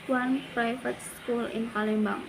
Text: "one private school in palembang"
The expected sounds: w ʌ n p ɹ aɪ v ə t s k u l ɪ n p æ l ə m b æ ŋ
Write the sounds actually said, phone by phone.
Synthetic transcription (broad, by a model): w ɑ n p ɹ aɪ f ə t s k u l ɪ n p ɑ l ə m b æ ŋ